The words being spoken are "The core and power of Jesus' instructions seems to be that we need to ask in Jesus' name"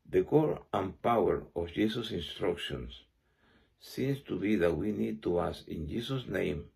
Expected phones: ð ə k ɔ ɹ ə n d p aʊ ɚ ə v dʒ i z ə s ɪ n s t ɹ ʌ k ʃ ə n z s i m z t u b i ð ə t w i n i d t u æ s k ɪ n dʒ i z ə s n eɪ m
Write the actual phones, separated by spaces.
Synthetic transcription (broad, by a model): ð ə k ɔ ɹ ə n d p aʊ ɚ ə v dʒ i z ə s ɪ n s t ɹ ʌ k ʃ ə n s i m s t u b i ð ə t w i n i d t u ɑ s ɪ n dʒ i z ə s n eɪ m